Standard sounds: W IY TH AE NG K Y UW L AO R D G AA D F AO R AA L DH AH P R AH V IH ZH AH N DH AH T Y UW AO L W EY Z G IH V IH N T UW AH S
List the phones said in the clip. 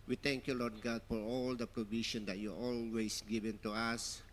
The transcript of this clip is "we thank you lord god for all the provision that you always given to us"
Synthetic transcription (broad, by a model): W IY T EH NG K Y UW L AO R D G AA D F AO R AA L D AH P R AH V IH SH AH N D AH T Y UW AO L W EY S G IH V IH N T UW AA S